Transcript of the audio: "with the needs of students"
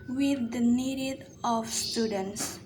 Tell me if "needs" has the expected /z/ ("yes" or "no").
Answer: no